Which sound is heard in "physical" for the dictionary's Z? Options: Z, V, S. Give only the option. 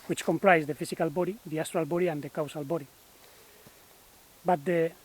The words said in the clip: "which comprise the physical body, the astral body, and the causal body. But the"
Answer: S